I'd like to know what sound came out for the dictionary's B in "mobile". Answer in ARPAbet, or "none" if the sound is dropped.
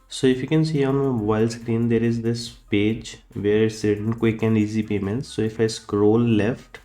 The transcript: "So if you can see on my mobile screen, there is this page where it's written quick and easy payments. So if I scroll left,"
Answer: none